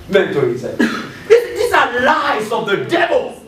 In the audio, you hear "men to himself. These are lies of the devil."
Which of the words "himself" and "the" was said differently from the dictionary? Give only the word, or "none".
himself